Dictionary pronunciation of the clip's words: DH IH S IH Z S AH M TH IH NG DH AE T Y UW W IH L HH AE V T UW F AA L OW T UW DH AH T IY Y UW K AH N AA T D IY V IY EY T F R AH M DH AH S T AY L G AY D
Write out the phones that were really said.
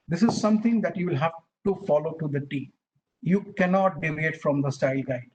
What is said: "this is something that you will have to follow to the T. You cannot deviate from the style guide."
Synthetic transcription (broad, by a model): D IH S IH Z S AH M T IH NG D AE T Y UW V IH L HH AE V T UW F AA L OW T UW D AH T IY Y UW K AH N AA T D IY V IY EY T F R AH M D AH S T AY L G AY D